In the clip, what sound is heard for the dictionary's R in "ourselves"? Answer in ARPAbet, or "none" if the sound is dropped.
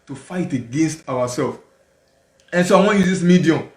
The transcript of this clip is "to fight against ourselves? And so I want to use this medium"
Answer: W